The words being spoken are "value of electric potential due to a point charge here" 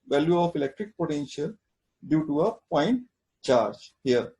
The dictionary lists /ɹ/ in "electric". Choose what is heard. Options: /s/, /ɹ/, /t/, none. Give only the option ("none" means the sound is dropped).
/ɹ/